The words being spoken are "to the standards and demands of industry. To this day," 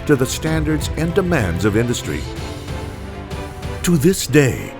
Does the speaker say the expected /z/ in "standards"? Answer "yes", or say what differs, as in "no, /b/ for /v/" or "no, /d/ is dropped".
yes